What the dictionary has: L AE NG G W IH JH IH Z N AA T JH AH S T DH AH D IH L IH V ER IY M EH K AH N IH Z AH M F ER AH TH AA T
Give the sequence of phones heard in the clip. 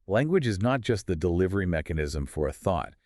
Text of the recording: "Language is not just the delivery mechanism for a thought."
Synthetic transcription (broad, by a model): L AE NG G W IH JH IH Z N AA T JH AH S T DH AH D IH L IH V ER IY M EH K AH N IH Z AH M F ER AH TH AA T